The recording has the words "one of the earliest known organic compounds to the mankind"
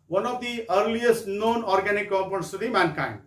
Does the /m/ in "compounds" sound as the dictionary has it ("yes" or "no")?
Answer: no